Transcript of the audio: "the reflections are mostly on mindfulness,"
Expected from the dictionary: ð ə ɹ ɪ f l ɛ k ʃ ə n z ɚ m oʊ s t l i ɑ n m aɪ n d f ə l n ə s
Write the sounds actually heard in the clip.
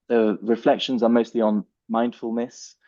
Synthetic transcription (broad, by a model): ð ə ɹ ɪ f l ɛ k ʃ ə n z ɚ m oʊ s t l i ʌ n m aɪ n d f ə l n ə s